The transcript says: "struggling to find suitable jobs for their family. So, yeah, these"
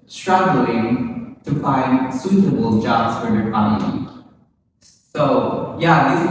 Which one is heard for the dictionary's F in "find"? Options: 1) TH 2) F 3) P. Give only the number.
2